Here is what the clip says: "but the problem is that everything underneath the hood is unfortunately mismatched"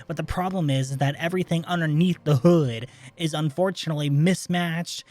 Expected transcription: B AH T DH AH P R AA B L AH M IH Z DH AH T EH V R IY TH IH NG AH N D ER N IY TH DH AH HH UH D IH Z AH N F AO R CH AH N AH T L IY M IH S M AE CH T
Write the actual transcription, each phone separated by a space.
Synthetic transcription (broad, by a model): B AH T DH AH P R AA B L AH M IH Z DH AH T EH V R IY TH IH NG AH N D ER N IY TH DH AH HH UH D IH Z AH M F AO R CH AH N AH T L IY M IH S M AE CH T